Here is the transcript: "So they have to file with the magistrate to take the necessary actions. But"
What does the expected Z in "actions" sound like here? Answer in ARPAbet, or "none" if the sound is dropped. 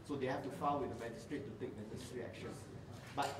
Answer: none